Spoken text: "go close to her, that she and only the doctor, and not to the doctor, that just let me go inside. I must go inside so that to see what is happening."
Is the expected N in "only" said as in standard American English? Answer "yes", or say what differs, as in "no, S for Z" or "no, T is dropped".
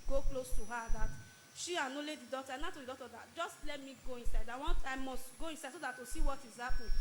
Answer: no, N is dropped